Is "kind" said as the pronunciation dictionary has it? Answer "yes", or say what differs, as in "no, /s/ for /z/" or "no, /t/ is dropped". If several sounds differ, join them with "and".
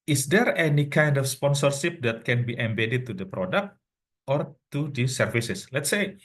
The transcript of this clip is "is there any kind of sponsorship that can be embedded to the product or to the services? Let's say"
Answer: yes